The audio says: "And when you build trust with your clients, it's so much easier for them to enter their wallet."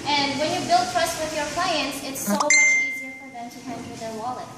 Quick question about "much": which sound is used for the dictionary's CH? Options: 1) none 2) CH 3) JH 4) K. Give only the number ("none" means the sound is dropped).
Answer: 1